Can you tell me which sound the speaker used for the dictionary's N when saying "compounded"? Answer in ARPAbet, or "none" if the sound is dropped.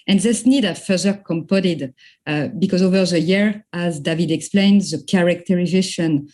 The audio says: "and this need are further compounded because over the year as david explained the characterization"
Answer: none